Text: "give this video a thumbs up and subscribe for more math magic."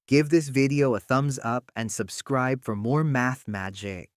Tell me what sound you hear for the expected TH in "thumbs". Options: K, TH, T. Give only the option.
TH